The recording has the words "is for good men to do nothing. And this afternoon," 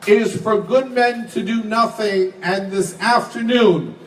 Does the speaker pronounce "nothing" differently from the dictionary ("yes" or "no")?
no